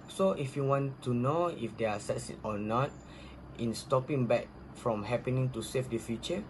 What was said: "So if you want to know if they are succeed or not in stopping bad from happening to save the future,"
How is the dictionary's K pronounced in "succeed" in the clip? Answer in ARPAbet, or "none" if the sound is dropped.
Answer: none